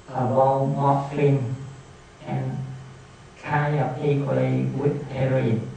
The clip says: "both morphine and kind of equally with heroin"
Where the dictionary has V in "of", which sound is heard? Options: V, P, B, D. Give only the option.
P